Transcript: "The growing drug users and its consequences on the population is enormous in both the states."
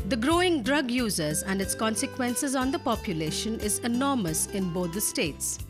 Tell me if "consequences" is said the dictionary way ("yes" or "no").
yes